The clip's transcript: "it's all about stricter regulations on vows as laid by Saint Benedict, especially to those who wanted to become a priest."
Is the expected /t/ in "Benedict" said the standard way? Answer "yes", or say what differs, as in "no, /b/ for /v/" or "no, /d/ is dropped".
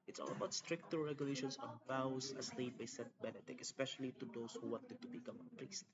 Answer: no, /t/ is dropped